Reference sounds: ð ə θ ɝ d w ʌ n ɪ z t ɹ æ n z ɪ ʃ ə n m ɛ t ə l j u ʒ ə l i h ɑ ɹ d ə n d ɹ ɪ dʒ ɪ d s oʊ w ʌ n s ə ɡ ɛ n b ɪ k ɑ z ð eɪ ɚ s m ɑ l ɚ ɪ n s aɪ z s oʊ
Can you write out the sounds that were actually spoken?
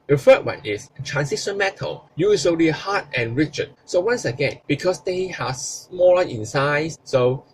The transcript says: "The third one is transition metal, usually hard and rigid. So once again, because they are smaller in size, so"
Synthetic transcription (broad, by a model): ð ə f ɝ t w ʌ n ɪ s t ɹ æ n s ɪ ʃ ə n m ɛ t ə l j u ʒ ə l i h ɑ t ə n ɹ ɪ tʃ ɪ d s oʊ w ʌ n s ə ɡ ɛ n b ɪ k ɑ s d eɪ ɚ s m ɑ l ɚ ɪ n s aɪ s s oʊ